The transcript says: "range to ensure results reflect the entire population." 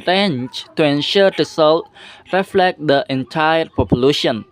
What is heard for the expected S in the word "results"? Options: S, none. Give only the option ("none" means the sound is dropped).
none